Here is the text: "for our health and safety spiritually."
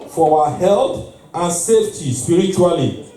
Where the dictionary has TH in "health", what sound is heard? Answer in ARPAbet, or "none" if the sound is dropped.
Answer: T